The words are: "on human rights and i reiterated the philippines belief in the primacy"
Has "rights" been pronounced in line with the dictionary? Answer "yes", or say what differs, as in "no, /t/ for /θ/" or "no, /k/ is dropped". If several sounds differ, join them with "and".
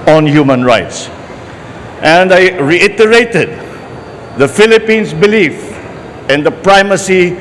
yes